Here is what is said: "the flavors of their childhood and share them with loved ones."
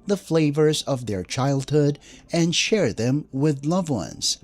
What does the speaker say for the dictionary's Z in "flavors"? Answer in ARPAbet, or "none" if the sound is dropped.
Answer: Z